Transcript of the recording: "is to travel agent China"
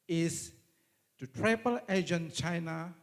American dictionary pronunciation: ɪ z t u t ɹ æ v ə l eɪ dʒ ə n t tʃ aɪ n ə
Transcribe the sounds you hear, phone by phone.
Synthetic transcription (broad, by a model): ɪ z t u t ɹ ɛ p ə l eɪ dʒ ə n tʃ aɪ n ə